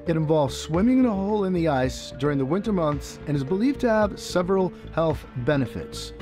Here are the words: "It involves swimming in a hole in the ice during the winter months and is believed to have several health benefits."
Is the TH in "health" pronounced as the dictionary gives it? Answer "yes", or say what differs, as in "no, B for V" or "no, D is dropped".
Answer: yes